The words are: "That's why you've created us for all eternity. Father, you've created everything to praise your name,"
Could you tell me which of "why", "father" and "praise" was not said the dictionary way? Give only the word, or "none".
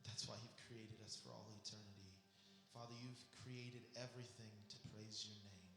none